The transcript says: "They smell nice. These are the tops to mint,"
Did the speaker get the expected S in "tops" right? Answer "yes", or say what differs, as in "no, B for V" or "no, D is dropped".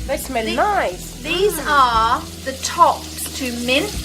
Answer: no, S is dropped